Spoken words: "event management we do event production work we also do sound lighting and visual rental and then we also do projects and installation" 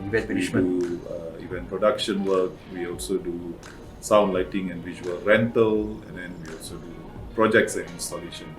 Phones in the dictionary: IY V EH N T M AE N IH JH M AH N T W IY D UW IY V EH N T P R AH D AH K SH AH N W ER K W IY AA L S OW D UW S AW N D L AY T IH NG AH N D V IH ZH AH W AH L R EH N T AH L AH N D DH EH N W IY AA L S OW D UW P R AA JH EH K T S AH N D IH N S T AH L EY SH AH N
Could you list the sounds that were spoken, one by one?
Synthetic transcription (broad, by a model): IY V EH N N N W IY D UW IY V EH N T P R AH D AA K SH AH N W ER K W IY AA L S OW D UW S AW N D L AY T IH NG AH N D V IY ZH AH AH L R EH N T AH L AH N D EH N W IY AA L S OW D UW P R AA JH EH K T S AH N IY N S T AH L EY SH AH N